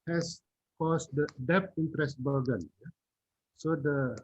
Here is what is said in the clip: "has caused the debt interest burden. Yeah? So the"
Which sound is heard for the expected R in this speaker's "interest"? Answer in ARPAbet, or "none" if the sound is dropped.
R